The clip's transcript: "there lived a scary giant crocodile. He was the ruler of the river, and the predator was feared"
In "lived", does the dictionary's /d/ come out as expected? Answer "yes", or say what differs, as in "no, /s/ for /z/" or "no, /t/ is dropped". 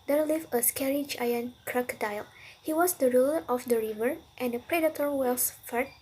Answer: no, /d/ is dropped